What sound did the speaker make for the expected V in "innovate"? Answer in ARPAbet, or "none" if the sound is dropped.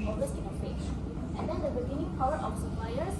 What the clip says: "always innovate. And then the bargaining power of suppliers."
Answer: P